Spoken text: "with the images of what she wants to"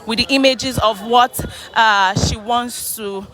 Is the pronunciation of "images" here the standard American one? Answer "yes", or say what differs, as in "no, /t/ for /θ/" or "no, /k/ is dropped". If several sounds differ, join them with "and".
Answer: yes